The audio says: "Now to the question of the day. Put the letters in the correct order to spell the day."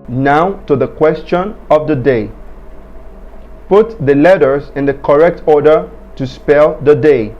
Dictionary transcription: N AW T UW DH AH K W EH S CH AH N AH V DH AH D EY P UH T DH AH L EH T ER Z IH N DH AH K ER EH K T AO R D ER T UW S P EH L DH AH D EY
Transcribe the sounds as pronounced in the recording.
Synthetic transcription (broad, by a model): N AW T UW DH AH K W EH S CH AH N AH V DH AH D EY P UH T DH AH L EH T ER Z IH N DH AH K ER EH K T AO R D ER T UW S P EH L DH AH D EY